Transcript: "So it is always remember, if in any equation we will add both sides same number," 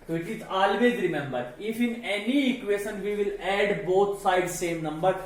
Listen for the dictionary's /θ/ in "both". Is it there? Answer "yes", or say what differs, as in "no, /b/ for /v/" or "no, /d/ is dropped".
no, /t/ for /θ/